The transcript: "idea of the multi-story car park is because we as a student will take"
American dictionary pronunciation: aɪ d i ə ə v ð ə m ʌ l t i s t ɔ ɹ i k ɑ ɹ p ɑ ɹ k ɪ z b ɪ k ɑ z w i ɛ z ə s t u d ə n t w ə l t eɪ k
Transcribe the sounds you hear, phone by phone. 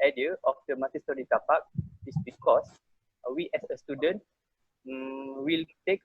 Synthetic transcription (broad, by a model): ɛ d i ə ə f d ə m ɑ t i s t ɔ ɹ i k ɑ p ɑ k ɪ s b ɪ k ɑ s w i ɛ s ə s t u d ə n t w ə l t eɪ k